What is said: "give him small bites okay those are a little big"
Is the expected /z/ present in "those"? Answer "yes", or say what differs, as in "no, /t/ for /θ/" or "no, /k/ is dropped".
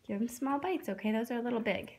yes